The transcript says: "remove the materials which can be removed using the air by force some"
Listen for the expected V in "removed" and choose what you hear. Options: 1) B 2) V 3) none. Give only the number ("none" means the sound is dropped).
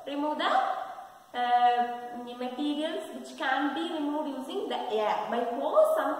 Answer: 3